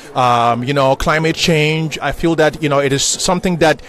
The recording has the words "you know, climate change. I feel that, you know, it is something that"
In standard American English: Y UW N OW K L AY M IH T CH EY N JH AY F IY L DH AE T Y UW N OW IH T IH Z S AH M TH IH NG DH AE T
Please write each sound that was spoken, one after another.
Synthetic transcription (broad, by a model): Y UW N OW K L AY M IH T CH EY N JH AY F IY L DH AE T Y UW N OW IH T IH Z S AH M TH IH NG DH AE T